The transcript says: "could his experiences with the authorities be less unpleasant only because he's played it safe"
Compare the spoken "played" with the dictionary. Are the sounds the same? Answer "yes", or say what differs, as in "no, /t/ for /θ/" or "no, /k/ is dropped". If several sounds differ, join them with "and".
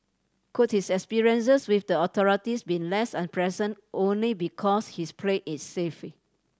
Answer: no, /d/ is dropped